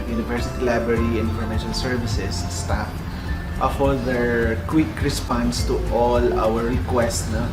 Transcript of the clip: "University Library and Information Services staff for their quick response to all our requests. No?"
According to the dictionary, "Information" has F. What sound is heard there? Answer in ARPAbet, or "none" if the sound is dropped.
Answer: none